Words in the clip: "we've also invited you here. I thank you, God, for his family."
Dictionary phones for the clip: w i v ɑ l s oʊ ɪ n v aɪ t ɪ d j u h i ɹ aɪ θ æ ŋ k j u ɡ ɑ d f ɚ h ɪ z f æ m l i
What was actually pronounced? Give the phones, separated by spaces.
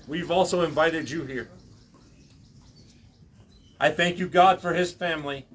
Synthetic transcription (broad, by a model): w i v ɑ l s oʊ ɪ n v aɪ t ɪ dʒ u h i ɹ aɪ θ æ ŋ k j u ɡ ɑ d f ɚ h ɪ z f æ m l i